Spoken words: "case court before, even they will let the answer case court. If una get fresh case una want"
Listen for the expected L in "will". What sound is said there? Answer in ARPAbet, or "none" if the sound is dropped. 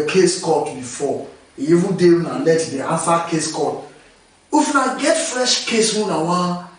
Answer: N